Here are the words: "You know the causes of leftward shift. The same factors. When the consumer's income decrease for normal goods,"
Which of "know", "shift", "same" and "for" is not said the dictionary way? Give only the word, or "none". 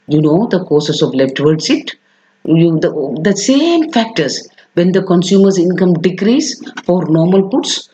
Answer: shift